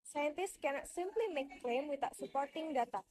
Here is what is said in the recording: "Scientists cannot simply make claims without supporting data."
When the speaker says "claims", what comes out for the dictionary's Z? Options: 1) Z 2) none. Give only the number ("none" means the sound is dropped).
2